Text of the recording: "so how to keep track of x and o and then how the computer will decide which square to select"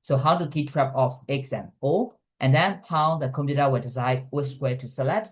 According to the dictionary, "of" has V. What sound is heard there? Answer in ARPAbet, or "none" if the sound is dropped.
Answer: F